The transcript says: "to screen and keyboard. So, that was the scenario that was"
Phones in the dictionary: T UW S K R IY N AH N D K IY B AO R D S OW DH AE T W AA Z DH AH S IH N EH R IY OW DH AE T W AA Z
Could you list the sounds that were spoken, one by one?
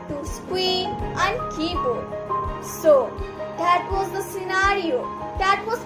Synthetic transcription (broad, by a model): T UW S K W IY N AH N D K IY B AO S OW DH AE T W AA Z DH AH S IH N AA R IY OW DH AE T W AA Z